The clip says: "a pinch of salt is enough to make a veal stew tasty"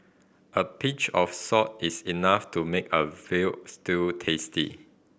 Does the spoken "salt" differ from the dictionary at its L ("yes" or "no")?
yes